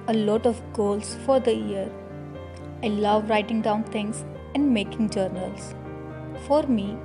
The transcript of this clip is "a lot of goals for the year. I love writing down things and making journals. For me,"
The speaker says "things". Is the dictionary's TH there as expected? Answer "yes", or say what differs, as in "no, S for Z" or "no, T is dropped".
no, T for TH